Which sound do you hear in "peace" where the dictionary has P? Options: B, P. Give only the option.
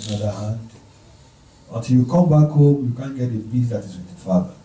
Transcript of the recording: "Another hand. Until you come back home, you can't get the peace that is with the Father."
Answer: B